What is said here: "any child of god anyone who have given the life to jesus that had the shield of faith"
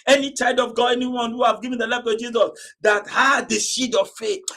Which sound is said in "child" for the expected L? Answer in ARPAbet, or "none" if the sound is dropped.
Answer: none